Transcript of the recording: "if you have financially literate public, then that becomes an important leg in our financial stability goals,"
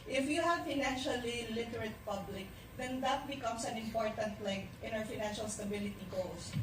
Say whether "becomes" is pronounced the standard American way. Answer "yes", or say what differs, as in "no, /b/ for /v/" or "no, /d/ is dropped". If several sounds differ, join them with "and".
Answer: no, /s/ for /z/